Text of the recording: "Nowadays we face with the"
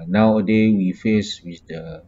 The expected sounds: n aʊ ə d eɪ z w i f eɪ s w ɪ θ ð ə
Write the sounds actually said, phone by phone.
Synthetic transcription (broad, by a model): n aʊ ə d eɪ w i f eɪ s w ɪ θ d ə